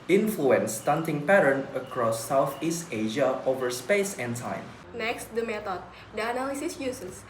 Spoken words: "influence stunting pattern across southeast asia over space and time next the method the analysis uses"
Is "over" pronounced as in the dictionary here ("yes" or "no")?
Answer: yes